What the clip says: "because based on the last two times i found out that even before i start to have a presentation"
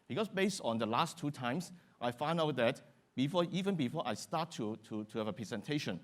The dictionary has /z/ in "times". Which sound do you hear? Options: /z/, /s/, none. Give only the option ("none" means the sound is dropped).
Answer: /s/